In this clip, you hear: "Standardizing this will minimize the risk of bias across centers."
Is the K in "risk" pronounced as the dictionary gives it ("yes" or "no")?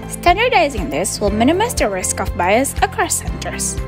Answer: yes